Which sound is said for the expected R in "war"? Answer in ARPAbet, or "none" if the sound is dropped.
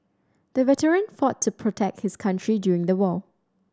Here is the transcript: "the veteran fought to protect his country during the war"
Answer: L